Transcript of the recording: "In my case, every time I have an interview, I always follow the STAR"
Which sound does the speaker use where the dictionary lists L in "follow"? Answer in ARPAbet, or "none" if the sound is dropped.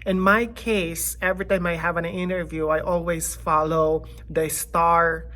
L